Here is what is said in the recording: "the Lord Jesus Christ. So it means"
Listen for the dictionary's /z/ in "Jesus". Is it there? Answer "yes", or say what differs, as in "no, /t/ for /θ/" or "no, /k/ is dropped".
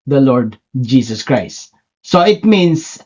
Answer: no, /s/ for /z/